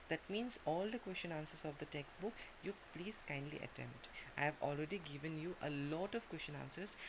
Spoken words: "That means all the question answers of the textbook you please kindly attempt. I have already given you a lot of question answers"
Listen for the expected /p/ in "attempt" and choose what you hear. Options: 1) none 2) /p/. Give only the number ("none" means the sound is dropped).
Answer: 2